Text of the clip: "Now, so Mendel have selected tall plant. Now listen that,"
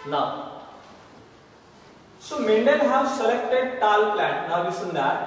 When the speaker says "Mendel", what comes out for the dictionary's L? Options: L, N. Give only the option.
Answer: N